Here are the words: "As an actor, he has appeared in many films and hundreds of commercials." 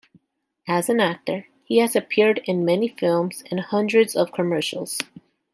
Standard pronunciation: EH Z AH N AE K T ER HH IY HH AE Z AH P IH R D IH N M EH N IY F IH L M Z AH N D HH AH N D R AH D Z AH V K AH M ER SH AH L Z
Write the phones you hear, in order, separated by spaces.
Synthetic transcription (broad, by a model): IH Z AH N AE K T ER HH IY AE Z AH P IH R D IH N M EH N IY F IH L M Z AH N HH AH N D R AH D Z AH V K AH M ER SH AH L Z